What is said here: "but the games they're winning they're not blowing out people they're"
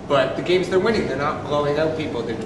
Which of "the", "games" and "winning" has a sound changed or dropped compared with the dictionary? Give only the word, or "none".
none